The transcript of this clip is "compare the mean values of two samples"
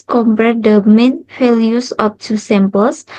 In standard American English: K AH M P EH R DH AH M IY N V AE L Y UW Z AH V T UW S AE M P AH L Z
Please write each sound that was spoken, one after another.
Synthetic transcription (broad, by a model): K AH M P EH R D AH M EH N F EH L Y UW S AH P T UW S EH M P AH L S